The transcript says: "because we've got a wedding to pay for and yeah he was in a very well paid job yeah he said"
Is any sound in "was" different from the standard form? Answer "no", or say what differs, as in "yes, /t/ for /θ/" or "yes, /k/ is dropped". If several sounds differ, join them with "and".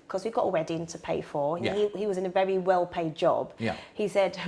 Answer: no